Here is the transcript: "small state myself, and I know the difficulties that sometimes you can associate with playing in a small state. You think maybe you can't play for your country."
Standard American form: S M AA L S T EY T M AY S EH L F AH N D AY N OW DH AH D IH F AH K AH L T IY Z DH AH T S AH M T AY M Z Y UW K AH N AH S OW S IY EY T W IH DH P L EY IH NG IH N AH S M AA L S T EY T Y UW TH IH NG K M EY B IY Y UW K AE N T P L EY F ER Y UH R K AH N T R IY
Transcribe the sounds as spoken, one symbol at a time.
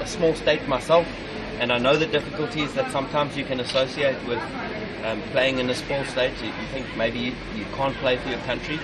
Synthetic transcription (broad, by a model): S M AA L S T EY T M AY S EH L F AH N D AY N OW DH AH D IH F AH K AH L T IY Z DH AH T S AH M T AY M Z Y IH K AH N AH S OW S IY EY T W IH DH P L EY IH NG IH N AH S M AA L S T EY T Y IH TH IH NG K M EY B IY Y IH K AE N P L EY F ER Y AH R K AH N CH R IY